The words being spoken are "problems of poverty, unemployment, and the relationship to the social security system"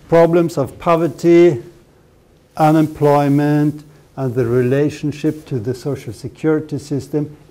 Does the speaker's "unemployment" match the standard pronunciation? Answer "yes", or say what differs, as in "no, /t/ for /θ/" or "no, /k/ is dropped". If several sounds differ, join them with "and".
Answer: yes